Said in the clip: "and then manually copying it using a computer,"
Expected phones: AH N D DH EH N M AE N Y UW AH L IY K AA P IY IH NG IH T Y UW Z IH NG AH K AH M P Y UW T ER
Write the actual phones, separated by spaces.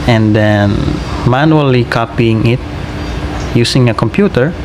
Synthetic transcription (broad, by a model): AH N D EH N M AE N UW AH L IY K AA P IY IH NG IH T Y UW S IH NG AH K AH M P Y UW T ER